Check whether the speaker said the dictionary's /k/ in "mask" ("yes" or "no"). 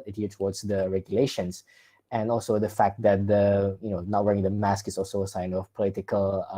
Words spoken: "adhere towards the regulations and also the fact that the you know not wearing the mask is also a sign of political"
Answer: yes